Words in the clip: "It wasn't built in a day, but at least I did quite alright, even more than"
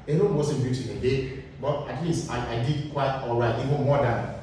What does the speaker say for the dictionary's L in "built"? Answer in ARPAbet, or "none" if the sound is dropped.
none